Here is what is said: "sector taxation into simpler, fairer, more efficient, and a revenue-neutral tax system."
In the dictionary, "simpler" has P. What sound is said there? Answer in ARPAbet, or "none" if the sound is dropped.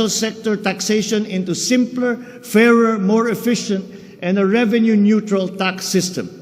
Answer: P